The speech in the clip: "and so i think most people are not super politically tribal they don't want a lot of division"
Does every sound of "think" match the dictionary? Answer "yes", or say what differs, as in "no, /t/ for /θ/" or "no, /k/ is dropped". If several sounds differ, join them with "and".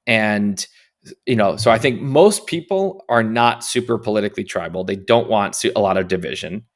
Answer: yes